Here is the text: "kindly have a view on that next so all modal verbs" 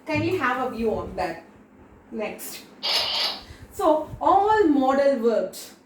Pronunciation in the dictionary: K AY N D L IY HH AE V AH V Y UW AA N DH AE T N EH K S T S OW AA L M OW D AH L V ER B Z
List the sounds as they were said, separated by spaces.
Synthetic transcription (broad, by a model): K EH N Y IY HH AE V AH V Y UW AA N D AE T N EH K S T S OW AA L M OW D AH L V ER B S